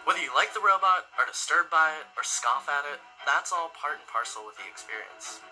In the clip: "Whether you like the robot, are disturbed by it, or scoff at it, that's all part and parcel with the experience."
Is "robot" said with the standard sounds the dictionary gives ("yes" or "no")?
yes